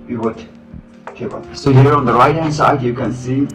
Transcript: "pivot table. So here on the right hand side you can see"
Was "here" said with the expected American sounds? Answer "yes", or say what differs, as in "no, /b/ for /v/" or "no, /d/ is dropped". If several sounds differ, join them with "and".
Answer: yes